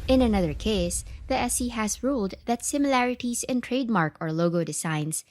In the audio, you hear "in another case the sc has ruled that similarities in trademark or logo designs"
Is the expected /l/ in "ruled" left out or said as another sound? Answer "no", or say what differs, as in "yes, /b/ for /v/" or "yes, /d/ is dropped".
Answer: no